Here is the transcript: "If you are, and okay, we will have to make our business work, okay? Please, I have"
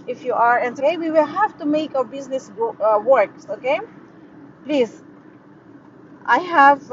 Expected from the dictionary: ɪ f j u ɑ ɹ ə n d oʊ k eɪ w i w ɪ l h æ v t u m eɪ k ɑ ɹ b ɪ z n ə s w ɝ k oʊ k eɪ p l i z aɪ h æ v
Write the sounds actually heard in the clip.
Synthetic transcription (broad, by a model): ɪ f j u ɑ ɹ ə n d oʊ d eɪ w i w ɪ l h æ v t u m eɪ k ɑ w b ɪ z n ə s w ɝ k oʊ k eɪ p l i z aɪ h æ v